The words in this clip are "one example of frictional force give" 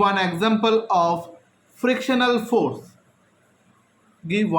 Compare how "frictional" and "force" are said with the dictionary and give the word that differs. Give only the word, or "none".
none